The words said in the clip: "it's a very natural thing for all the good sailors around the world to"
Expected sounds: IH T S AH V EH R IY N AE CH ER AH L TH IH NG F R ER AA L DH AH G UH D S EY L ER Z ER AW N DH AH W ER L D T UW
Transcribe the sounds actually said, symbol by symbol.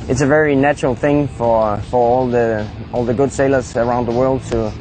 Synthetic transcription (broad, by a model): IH T S AH V EH R IY N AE CH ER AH L TH IH NG F R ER AA L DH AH G UH D S EY L ER Z ER AW N DH AH W ER L D T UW